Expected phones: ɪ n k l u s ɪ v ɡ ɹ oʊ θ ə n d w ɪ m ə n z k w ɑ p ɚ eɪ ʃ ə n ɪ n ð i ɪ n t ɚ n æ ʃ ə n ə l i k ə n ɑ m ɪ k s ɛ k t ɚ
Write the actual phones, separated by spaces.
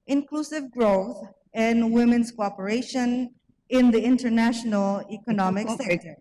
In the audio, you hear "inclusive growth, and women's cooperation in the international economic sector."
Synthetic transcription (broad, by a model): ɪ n k l u s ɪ v ɡ ɹ oʊ θ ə n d w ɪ m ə n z k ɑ p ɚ eɪ ʃ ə n ɪ n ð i ɪ n t ɚ n æ ʃ ə n ə l i k ə n ɑ m ɪ k s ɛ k t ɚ